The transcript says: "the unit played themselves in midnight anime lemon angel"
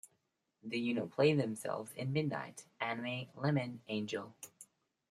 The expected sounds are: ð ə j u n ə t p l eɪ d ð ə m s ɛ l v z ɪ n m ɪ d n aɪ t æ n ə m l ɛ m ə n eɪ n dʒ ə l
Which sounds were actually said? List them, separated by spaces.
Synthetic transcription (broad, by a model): ð ə j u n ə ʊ p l eɪ ð ə m s ɛ l v z ɪ n m ɪ d n aɪ t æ n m l ɛ m ə n eɪ n dʒ ə l